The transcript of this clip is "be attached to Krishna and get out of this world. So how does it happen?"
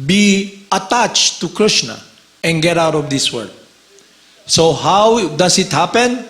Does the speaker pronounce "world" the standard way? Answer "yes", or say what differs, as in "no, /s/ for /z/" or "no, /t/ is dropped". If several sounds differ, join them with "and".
no, /l/ is dropped